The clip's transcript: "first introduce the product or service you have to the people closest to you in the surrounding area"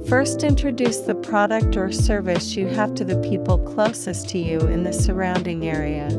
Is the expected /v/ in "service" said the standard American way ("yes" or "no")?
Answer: yes